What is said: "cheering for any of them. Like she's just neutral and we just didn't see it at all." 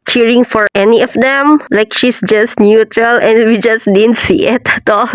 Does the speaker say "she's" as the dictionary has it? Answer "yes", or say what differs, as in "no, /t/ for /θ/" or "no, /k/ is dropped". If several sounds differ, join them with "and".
no, /s/ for /z/